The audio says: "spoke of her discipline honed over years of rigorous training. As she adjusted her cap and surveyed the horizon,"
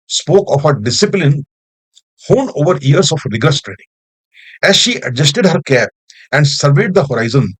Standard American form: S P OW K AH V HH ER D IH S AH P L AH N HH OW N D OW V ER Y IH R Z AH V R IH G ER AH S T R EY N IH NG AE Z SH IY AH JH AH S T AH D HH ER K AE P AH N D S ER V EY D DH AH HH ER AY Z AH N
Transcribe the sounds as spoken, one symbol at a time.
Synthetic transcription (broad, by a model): S P OW K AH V HH ER D IH S AH P L AH N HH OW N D OW V ER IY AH R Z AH F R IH G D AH S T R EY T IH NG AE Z SH IY AH JH AH S T AH D HH ER K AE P AH N D S ER V EY D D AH HH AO AY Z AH N